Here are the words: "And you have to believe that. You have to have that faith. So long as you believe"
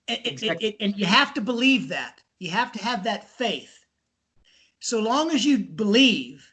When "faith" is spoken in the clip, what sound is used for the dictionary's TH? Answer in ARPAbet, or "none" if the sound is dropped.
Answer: TH